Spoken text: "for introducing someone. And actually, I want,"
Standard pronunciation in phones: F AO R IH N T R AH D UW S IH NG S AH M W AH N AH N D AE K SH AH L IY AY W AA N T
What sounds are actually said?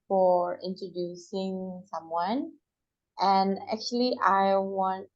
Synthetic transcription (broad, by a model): F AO R IH N T R AH D UW S IH NG S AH M W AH N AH N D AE K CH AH L IY AY W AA N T